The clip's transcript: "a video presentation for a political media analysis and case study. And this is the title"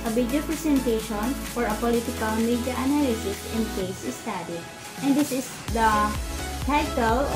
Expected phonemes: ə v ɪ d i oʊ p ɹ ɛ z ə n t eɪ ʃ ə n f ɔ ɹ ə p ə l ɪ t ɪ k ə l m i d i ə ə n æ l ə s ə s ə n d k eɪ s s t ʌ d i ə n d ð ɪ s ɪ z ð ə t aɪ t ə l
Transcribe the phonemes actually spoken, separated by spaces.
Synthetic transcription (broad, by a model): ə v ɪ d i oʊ p ɹ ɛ s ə n t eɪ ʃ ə n f ɔ ɹ ə p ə l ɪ t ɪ k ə l m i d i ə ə n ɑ l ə s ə s ə n d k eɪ s s t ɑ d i ə n d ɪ s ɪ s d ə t aɪ t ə l